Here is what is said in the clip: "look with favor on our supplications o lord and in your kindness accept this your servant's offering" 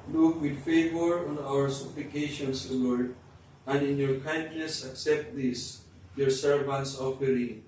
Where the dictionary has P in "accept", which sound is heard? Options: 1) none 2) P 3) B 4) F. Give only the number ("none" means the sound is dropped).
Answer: 2